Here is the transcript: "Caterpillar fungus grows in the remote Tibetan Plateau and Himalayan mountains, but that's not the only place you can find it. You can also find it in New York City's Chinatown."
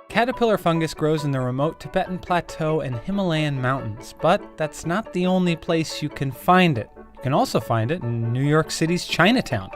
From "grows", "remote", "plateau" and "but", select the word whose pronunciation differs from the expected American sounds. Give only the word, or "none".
none